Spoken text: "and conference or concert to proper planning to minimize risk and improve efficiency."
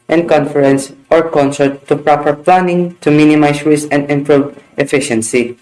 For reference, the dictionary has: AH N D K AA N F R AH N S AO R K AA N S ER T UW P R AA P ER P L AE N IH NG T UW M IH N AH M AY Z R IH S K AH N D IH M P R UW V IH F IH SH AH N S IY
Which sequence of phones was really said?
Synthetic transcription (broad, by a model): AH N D K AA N F R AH N S AO R K AA N S ER T UW P R AA P ER P L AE N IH NG T UW M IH N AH M AY S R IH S AH N D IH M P R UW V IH F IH SH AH N S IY